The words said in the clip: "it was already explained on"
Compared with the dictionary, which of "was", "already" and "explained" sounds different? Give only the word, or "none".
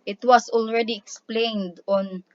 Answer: was